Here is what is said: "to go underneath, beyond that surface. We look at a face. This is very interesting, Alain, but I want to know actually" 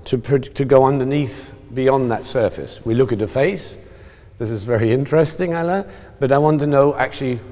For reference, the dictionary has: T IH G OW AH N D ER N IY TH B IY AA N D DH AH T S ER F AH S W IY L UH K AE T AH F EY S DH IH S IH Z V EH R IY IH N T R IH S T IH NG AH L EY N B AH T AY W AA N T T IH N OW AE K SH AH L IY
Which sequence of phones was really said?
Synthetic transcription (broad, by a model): T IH G OW AH N D ER N IY TH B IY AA N DH AH T S ER F AH S W IY L UH K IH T AH F EY S DH IH S IH Z V EH R IY IH N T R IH S T IH NG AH L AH B AH T AY W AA N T T IH N OW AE K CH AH L IY